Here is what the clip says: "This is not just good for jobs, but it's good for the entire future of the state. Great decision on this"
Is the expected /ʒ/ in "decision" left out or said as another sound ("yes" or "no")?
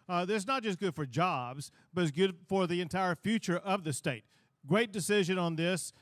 no